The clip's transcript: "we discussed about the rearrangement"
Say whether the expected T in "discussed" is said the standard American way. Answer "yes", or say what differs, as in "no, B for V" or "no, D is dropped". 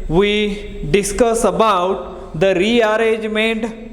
no, T is dropped